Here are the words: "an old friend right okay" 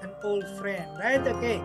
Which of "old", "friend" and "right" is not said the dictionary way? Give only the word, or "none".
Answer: none